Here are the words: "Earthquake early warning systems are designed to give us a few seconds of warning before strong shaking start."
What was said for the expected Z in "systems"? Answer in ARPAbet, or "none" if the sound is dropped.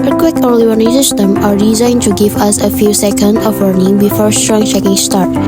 none